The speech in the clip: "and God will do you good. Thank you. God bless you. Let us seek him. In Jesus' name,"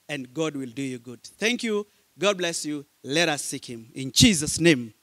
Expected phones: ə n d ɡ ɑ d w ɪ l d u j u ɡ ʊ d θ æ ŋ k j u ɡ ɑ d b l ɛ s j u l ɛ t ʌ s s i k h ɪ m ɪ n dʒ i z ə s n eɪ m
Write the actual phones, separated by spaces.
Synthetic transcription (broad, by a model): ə n ɡ ɑ d w ɪ l d u j u ɡ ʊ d θ æ ŋ k j u ɡ ɑ d b l ɛ s j u l ɛ t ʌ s s i k h ɪ m ɪ n dʒ i z ə s n eɪ m